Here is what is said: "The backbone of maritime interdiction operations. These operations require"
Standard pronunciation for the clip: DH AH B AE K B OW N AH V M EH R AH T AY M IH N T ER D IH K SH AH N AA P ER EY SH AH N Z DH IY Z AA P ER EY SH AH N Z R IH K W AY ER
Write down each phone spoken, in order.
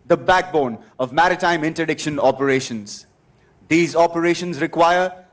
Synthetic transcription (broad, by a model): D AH B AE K B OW N AH V M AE R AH T AY M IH N T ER D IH K SH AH N AA P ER EY SH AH N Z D IY Z AA P ER EY SH AH N Z R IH K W AY ER